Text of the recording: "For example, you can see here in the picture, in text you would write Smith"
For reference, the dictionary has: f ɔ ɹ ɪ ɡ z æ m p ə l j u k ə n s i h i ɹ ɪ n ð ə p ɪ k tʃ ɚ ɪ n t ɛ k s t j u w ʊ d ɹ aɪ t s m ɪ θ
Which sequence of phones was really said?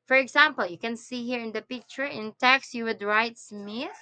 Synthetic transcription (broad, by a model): f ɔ ɹ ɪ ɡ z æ m p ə l j u k ə n s i h i ɹ ɪ n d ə p ɪ k tʃ ɚ ɪ n t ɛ k s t j u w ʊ d ɹ aɪ t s m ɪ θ